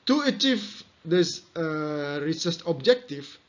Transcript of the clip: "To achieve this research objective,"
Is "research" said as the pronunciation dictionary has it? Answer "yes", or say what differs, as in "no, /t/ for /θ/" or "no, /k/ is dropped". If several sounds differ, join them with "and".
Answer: no, /s/ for /tʃ/